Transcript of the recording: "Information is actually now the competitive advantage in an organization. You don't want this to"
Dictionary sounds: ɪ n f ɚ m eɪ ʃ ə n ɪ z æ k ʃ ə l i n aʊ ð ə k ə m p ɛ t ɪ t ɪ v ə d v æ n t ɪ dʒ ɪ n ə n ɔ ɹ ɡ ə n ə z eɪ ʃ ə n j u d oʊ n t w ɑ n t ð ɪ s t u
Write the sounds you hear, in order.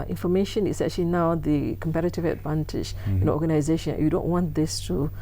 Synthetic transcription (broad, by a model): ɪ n f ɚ m eɪ ʃ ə n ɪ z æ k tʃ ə l i n aʊ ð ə k ə m p ɛ t ɪ t ɪ v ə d v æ n t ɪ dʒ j ə n ɔ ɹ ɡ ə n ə z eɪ ʃ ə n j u d oʊ n t w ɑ n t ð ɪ s t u